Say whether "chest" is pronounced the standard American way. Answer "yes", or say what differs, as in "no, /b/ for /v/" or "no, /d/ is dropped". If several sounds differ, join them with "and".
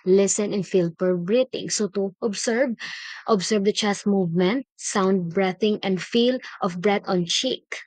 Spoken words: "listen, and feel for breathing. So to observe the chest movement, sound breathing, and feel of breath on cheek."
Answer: no, /s/ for /tʃ/